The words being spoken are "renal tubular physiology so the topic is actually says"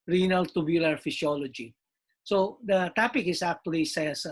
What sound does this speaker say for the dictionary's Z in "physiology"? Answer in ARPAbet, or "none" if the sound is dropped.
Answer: S